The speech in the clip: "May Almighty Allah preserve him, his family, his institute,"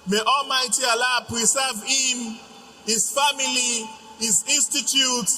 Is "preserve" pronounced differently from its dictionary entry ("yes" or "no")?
yes